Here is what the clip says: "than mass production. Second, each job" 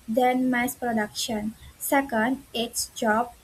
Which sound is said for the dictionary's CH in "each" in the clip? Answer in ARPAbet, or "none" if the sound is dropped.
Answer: S